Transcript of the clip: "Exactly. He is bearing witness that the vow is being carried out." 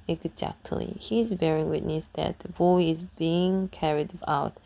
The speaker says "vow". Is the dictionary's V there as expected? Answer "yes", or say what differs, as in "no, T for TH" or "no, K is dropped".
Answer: no, B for V